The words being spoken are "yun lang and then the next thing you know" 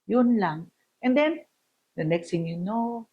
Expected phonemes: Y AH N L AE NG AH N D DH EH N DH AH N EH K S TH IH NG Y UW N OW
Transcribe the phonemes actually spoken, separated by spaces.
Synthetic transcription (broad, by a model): Y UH N L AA NG AH N D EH N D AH N EH K S T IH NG Y UW N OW